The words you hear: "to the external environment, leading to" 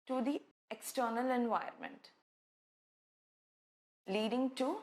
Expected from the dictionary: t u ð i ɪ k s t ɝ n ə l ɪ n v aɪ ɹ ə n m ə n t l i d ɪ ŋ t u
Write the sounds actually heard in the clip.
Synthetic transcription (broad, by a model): t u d i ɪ k s t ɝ n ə l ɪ n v aɪ ə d m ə n t l i d ɪ ŋ t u